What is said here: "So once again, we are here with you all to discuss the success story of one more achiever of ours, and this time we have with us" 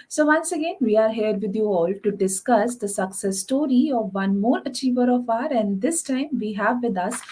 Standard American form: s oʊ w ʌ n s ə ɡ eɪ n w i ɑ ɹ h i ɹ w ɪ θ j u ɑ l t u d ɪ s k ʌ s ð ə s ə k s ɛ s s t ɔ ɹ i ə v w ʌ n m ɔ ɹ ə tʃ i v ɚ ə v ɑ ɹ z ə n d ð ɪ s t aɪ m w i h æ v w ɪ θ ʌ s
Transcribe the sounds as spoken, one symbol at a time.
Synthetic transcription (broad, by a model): s oʊ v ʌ n s ə ɡ eɪ n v i ɑ ɹ h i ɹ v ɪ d j u ɑ l t u d ɪ s k ʌ s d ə s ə k s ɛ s s t ɔ ɹ i ə v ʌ n m ɔ ɹ ə tʃ i v ɚ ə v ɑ ɹ ə n d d ɪ s t aɪ m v i h æ v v ɪ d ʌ s